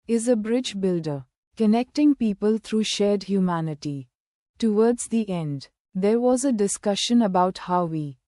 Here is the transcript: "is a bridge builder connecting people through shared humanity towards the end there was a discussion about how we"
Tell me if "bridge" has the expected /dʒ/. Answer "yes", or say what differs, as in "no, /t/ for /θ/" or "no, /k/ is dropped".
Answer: yes